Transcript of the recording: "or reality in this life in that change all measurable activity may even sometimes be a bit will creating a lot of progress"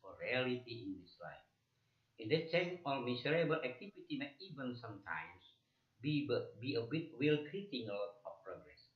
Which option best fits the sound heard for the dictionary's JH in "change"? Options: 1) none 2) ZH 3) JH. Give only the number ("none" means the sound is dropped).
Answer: 1